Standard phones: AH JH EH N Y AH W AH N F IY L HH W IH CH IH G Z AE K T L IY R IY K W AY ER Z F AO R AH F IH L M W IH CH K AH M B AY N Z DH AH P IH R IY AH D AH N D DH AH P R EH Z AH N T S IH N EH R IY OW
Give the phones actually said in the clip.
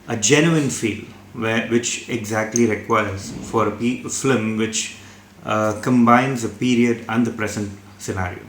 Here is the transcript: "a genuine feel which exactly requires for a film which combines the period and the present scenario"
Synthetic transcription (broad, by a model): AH JH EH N Y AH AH N F IY L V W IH CH IH G Z AE K T L IY R IY K W AY ER Z F AO R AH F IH M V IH CH K AH M B AY N Z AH P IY R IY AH D AH N D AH P R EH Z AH N T S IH N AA R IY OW